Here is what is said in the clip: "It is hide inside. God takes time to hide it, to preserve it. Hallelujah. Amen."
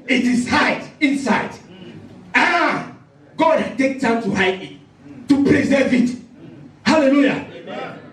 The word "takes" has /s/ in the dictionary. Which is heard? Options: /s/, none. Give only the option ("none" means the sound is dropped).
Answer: none